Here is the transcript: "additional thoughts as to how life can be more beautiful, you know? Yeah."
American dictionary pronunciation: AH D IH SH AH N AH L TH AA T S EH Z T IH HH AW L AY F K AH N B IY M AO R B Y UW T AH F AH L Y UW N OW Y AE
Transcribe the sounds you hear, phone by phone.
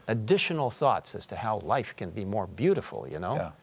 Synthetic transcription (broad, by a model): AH D IH SH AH N L TH AA T S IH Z T IH HH AW L AY F K AH N B IY M AO R B Y UW T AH F L Y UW N OW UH